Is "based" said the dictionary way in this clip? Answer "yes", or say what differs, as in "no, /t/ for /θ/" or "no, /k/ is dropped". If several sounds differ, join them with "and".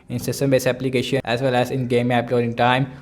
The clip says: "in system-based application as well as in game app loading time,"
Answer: no, /t/ is dropped